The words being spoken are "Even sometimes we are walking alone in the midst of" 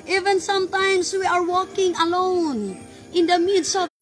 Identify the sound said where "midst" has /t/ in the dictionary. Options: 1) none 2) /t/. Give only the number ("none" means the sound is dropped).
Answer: 1